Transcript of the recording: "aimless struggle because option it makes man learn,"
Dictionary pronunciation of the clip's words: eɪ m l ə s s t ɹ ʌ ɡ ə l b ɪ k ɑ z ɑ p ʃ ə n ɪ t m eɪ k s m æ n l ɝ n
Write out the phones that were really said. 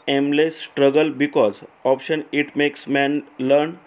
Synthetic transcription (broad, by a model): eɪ m l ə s s t ɹ ʌ ɡ ə l b ɪ k ɑ z ɑ p ʃ ə n ɪ t m eɪ k s m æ n l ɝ n